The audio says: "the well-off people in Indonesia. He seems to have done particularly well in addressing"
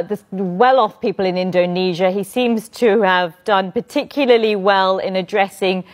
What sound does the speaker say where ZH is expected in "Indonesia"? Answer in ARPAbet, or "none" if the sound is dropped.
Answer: ZH